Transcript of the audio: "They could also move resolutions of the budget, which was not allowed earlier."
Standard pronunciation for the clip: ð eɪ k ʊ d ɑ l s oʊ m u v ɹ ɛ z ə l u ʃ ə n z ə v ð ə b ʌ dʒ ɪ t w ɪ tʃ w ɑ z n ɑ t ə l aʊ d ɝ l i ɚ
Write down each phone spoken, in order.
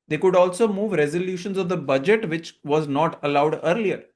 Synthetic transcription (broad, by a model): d eɪ k ʊ d ɑ l s oʊ m u v ɹ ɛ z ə l u ʃ ə n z ə v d ə b ʌ dʒ ɪ t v ɪ tʃ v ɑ z n ɑ t ə l aʊ d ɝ l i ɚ